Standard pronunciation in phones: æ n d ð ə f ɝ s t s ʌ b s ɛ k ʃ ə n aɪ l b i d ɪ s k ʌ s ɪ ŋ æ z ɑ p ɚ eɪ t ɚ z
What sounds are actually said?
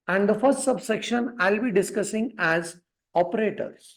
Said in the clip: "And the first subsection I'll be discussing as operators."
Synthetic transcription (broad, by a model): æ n d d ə f ɝ s t s ʌ b s ɛ k ʃ ə n aɪ l b i d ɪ s k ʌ s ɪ ŋ æ z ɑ p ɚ eɪ t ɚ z